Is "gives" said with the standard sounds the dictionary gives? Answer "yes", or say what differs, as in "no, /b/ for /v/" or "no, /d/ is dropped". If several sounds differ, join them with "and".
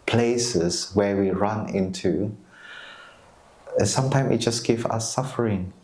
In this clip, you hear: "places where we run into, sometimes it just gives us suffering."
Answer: no, /z/ is dropped